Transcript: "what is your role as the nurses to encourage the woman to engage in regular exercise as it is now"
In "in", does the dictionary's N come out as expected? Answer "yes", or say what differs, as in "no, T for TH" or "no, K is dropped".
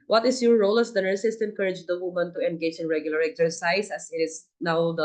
yes